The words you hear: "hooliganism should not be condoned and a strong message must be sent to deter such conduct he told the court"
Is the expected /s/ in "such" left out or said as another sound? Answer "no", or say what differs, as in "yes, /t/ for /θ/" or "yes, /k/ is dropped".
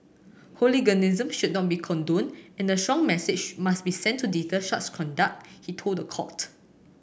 yes, /ʃ/ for /s/